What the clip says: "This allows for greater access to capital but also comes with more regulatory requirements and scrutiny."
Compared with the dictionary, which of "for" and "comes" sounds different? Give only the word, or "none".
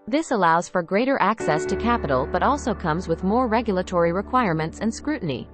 none